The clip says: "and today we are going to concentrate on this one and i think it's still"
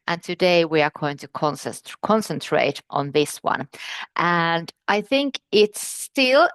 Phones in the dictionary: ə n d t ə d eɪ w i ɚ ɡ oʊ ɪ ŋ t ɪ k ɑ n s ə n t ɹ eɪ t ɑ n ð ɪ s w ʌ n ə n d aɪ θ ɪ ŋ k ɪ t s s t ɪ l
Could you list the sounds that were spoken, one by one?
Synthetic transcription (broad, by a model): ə n t ə d eɪ w i ɚ ɡ oʊ ɪ ŋ t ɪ k ɑ n s ə n t ɹ eɪ t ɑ n ð ɪ s w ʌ n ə n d aɪ θ ɪ ŋ k ɪ t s s t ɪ l